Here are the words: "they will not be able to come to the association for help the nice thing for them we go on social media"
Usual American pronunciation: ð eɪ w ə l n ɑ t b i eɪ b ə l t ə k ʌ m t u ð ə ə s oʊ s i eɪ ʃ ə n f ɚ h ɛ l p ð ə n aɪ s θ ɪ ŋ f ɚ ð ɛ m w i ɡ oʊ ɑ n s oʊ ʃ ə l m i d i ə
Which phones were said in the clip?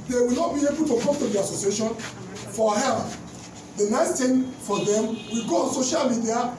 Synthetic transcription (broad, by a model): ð eɪ w ə l n ɑ t b i eɪ b ə l t ə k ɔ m t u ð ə ə s oʊ s i eɪ ʃ ə n f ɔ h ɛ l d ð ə n aɪ s t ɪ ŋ f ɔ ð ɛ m w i ɡ oʊ ɑ n s oʊ ʃ ə l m i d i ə